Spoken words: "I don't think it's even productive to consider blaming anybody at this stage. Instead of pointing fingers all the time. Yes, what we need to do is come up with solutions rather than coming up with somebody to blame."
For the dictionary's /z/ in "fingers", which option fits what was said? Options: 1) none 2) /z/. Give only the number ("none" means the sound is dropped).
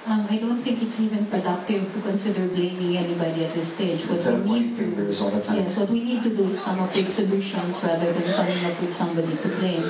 1